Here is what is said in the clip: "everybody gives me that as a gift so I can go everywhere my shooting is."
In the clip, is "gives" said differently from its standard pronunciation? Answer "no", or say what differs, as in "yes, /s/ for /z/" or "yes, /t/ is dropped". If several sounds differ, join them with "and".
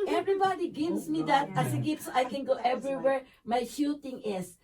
yes, /s/ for /z/